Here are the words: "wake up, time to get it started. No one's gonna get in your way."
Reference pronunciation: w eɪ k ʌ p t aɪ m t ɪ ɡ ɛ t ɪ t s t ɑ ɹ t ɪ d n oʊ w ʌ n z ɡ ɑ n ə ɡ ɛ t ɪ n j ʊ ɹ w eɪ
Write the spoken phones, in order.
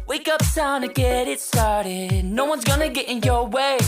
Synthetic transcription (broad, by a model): w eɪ k ʌ p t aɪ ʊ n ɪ ɡ ɛ t ɪ t s t ɑ ɹ t ɪ d n oʊ w ʌ n z ɡ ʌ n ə ɡ ɛ t ɪ n j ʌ ɹ w eɪ